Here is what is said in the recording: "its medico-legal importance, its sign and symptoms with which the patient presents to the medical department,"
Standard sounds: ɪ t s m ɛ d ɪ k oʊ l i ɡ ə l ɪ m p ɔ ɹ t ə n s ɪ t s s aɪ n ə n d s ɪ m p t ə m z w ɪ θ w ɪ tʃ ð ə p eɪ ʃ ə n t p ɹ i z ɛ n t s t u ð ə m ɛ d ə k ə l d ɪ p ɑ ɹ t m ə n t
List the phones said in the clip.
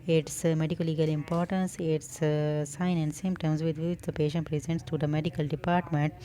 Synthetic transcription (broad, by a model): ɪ t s m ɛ d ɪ k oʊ l i ɡ ə l ɪ m p ɔ ɹ t ə n s ɪ t s s aɪ n ə n d s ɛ m t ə m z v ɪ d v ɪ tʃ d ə p eɪ ʃ ə n t p ɹ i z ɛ n t s t u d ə m ɛ d ə k ə l d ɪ p ɑ ɹ t m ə n t